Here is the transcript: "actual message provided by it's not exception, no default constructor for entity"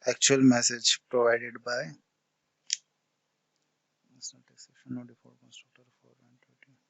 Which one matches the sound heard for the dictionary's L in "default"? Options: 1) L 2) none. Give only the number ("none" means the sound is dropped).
2